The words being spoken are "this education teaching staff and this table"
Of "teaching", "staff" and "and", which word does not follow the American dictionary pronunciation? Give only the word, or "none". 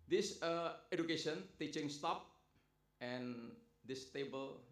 staff